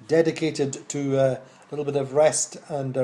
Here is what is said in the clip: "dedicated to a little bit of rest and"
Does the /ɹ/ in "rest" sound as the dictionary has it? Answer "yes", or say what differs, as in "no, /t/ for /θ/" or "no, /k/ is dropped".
yes